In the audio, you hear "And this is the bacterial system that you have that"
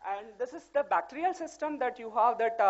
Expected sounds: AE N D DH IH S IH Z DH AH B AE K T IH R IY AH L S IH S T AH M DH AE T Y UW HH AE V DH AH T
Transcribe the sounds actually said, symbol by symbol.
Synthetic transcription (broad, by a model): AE N D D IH S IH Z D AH B AE K T IH R IY AH L S IH S T AH M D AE T Y UW HH AE V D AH T